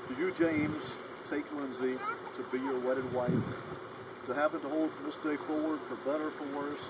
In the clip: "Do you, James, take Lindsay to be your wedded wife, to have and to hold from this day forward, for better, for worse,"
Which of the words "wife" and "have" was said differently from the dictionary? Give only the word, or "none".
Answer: have